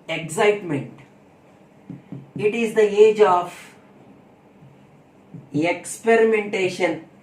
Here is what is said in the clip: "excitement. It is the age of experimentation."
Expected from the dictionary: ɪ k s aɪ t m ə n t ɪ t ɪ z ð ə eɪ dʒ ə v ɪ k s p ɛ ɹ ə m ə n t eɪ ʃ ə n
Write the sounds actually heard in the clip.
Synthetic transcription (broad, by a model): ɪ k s aɪ t m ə n t ɪ t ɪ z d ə eɪ dʒ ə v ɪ k s p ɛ ɹ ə m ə n t eɪ ʃ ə n